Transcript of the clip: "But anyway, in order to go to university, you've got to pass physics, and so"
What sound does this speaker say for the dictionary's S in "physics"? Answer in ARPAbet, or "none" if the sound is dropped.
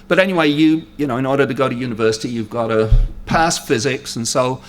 S